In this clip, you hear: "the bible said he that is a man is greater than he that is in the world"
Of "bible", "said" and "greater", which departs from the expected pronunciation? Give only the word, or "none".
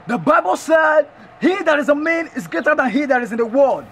none